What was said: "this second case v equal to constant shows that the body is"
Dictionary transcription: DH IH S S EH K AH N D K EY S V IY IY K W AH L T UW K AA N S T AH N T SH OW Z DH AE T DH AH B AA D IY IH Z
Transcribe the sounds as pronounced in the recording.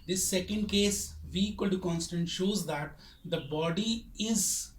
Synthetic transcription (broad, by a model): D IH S S EH K AH N D K EY S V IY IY K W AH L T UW K AA N S T AH N T SH OW Z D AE T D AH B AA D IY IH Z